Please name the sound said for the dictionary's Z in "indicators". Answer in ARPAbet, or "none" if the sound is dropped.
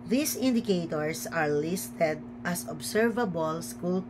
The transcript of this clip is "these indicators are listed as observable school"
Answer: S